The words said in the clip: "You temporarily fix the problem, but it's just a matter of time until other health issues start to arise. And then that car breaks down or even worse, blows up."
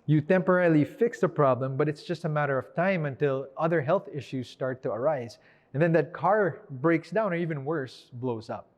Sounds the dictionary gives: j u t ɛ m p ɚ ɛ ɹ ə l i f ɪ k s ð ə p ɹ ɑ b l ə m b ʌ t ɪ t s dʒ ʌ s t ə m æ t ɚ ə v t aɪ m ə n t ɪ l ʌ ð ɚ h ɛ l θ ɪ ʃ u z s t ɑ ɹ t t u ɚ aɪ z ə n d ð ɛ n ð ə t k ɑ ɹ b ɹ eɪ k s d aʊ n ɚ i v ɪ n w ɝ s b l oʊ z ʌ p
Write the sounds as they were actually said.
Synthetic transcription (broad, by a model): j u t ɛ m p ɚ ɛ ɹ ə l i f ɪ k s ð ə p ɹ ɑ b l ə m b ʌ t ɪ t s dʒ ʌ s t ə m æ t ɚ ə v t aɪ m ə n t ɪ l ʌ ð ɚ h ɛ l θ ɪ ʃ u z s t ɑ ɹ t t u ɚ aɪ z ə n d ð ɛ n ð ə t k ɑ ɹ b ɹ eɪ k s d aʊ n ɚ i v ɪ n w ɝ s b l oʊ z ʌ p